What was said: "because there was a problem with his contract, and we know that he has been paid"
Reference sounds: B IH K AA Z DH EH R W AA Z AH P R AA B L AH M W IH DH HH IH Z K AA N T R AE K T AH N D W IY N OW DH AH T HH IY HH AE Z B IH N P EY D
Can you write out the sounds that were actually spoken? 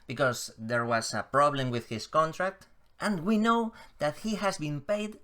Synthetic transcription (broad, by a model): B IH K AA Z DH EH R W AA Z AH P R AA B L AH M W IH DH HH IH S K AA N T R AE K T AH N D W IY N OW DH AH T HH IY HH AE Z B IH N P EY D